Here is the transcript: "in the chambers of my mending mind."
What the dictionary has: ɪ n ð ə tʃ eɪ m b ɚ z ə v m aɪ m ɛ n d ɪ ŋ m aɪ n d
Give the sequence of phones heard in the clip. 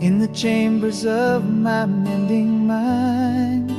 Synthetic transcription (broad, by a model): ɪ n ð ə tʃ eɪ m b ɚ z ə v m aɪ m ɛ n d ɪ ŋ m aɪ n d